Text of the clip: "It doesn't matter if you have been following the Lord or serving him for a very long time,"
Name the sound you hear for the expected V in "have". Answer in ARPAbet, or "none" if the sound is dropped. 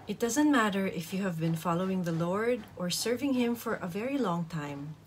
V